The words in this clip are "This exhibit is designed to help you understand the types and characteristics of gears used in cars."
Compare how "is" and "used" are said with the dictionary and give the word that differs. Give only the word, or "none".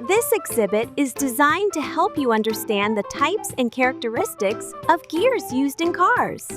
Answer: none